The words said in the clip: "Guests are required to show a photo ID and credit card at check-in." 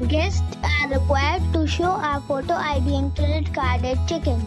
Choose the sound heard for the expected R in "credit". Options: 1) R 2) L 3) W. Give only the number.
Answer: 2